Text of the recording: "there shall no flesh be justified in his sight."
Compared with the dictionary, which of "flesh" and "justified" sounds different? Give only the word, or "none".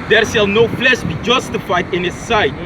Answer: flesh